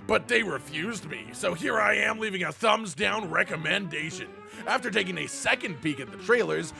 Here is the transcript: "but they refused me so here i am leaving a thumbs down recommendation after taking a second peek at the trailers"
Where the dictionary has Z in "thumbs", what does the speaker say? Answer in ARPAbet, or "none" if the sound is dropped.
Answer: Z